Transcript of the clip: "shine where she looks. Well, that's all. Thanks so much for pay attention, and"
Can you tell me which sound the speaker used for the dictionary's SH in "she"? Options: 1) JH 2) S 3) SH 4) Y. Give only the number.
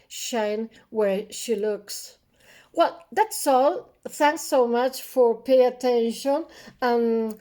3